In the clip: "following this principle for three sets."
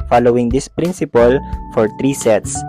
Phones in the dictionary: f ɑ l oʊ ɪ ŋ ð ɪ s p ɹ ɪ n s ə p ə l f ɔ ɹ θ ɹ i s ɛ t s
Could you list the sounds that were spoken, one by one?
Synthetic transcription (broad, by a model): f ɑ l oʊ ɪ ŋ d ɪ s p ɹ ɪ n s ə p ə l f ɔ ɹ t ɹ i s ɛ t s